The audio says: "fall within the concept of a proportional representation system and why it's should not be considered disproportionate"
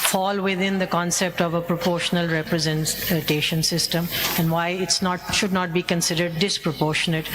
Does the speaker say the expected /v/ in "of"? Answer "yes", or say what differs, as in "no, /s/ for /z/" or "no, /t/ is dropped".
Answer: yes